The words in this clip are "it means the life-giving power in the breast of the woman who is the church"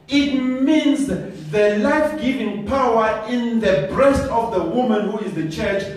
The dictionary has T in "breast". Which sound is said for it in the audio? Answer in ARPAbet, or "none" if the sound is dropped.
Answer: T